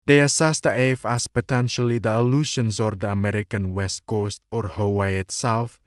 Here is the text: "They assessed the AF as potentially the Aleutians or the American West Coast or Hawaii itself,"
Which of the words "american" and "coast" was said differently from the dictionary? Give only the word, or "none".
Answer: none